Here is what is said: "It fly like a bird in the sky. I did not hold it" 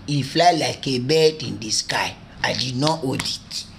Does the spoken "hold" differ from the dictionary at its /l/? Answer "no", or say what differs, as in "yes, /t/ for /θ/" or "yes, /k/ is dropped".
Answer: yes, /l/ is dropped